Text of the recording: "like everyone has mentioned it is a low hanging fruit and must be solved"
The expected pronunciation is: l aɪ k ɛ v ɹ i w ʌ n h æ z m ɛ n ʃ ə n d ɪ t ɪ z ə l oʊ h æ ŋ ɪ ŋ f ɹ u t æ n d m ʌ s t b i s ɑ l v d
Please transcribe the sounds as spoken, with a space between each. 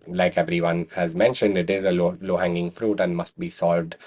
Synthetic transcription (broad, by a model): l aɪ k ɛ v ɹ i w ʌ n h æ z m ɛ n ʃ ə n d ɪ t ɪ z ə l oʊ h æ ŋ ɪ ŋ f ɹ u t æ n d m ʌ s t b i s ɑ l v d